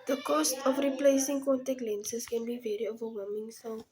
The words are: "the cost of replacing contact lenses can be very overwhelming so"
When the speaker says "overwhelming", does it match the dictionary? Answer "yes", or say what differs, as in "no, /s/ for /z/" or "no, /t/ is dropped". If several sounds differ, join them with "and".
no, /l/ is dropped